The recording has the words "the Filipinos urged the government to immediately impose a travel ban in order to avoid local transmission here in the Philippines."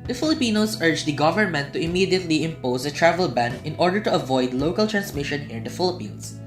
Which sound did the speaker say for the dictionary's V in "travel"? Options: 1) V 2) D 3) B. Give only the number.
1